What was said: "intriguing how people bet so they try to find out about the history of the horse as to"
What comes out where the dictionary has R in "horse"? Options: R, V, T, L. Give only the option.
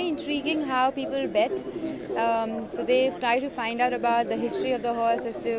L